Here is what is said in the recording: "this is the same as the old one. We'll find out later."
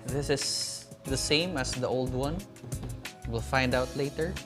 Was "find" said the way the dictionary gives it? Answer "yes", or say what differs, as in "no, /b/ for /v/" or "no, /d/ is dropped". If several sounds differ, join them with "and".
yes